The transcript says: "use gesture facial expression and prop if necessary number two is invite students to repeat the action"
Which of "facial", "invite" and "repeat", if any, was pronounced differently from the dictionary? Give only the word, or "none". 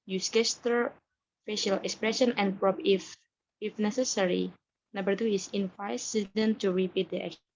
invite